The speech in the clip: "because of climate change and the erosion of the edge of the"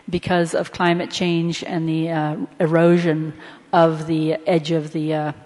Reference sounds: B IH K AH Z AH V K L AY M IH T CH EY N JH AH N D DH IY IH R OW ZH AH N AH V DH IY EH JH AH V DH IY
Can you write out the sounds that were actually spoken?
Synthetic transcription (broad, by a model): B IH K AH Z AH V K L AY M IH T CH EY N JH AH N DH IY IH R OW ZH AH N AH V DH IY EH JH AH V DH IY